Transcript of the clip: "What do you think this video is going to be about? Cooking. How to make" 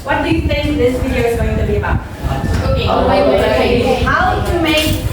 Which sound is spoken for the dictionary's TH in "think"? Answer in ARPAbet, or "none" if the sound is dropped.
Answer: TH